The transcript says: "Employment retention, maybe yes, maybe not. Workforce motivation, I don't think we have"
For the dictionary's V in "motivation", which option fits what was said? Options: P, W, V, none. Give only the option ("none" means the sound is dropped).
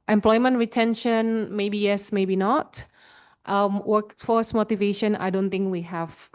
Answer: V